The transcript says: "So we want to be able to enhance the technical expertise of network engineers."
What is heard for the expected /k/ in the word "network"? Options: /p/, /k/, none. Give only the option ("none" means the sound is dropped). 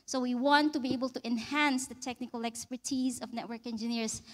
/k/